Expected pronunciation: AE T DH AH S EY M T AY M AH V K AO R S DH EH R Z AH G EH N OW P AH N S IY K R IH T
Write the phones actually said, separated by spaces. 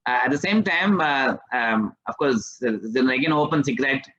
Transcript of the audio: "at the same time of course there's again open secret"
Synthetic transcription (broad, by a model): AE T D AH S EY M T AY M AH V K AO R S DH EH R AH G EH N OW P AH N S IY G R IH T